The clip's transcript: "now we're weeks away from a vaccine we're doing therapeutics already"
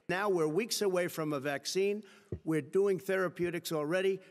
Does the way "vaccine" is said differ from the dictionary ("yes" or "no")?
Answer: no